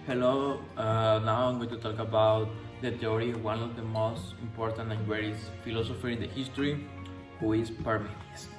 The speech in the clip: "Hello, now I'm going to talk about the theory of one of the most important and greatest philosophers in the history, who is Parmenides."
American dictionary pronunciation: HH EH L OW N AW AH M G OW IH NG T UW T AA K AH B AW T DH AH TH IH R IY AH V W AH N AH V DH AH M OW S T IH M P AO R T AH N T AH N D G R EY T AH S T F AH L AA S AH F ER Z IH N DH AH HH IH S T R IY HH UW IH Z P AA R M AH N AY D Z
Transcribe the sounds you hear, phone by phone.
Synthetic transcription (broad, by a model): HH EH L OW N AW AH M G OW T UW T AA K AH B AW T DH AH T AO R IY W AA N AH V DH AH M OW S T IH M P AO R T AH N T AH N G W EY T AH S F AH L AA S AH F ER IH N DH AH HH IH S T R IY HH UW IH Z P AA R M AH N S